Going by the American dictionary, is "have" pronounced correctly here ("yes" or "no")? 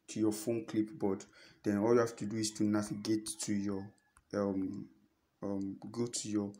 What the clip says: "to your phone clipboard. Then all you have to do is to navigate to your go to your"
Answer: no